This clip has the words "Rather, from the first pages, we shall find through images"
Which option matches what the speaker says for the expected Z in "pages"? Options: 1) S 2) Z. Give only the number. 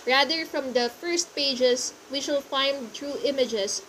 1